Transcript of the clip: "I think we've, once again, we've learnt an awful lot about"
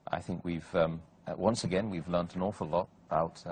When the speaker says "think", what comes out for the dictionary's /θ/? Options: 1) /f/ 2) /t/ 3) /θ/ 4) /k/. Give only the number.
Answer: 3